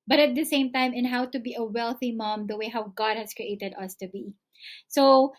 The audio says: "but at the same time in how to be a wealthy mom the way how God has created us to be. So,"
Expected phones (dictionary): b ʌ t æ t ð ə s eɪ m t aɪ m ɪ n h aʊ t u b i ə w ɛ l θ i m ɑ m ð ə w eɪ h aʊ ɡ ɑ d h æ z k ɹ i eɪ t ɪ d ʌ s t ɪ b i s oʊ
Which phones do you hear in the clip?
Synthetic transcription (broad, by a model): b ʌ t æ t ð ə s eɪ m t aɪ m ɪ n h aʊ t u b i ə w ɛ l θ i m ɑ m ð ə w eɪ h aʊ ɡ ɑ d h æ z k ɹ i eɪ t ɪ d ʌ s t ɪ b i s oʊ